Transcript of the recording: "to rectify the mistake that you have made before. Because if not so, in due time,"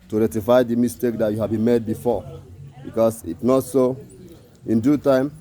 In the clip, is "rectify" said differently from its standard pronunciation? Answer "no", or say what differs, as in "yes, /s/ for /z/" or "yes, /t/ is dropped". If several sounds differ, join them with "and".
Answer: yes, /k/ is dropped